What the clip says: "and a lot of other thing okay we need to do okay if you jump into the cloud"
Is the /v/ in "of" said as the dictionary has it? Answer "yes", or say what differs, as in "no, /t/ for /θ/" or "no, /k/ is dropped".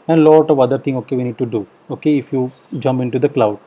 yes